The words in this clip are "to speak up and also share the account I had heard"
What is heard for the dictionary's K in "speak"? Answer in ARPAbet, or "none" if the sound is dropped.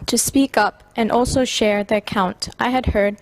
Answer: K